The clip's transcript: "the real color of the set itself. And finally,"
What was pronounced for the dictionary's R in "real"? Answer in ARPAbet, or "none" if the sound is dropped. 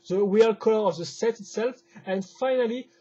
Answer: W